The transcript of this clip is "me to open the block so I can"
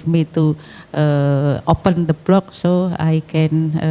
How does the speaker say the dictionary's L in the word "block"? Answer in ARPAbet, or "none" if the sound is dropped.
L